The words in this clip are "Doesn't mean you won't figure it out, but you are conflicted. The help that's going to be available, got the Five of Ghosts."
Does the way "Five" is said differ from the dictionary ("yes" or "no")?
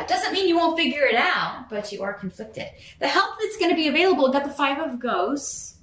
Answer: no